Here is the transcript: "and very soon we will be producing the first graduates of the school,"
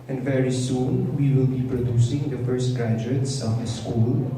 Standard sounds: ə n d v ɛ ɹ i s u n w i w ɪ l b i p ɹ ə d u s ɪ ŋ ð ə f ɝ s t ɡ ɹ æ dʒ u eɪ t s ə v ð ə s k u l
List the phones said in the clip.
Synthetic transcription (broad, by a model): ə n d v ɛ ɹ i s u n w i w ɪ l b i p ɹ ə d u s ɪ ŋ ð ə f ɝ s t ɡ æ dʒ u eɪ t s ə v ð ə s k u l